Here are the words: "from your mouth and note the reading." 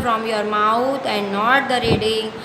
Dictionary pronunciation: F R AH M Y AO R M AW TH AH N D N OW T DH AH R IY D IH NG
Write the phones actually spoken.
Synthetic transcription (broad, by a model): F R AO M Y AO R M AW T AH N D N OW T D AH R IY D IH